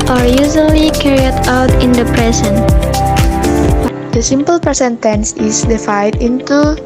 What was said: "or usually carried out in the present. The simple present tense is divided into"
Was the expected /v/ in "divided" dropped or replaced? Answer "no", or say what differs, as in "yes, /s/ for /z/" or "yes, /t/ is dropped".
yes, /f/ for /v/